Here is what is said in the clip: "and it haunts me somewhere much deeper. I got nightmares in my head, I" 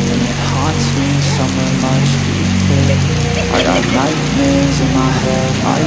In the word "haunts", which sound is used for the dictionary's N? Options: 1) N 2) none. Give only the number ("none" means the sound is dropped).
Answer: 2